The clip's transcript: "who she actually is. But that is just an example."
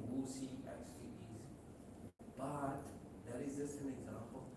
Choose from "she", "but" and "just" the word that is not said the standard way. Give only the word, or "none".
she